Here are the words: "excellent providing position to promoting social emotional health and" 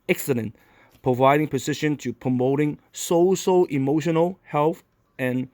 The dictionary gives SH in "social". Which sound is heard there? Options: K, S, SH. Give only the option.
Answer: S